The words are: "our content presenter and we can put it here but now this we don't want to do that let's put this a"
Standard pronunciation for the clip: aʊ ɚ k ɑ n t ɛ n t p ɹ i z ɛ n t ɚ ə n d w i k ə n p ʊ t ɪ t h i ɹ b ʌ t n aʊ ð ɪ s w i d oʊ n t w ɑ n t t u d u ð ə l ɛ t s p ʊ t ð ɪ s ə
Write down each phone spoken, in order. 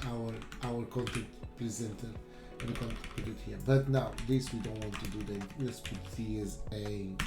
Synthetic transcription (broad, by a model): aʊ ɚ k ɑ n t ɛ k t p ɹ i z ɛ n t ɚ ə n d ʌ k ə n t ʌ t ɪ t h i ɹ b ʌ t n aʊ ð ɪ s w i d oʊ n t w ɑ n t t u d u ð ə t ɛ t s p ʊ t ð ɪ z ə